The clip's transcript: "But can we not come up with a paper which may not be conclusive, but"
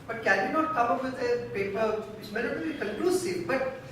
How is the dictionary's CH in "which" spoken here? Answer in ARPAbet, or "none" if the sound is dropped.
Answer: S